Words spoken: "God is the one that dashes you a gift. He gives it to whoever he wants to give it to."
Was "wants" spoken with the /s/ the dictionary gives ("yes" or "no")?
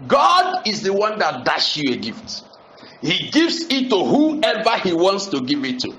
yes